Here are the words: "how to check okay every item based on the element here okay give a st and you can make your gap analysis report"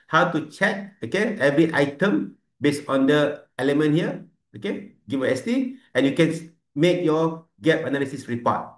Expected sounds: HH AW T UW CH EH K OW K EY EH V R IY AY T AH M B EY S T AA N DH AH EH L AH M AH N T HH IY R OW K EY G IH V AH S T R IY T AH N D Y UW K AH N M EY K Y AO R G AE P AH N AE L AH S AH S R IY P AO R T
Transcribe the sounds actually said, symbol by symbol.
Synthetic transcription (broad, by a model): HH AW T UW CH EH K OW K EY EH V R IY AY T AH M B EY S AA N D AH EH L AH M AH N T HH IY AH OW K EY G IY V AH S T IY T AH N Y UW K AH N M EY K Y AO G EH P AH N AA L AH S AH S R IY P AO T